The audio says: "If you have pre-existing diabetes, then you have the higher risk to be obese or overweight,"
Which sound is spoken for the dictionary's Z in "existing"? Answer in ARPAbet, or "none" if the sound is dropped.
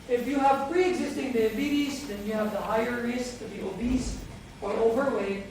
Z